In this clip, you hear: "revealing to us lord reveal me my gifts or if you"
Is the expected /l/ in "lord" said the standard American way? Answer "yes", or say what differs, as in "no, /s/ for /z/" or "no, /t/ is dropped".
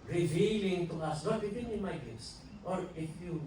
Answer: no, /n/ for /l/